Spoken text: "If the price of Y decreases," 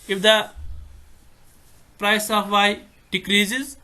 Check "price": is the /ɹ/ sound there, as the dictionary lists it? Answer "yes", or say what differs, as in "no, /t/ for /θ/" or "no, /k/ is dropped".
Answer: yes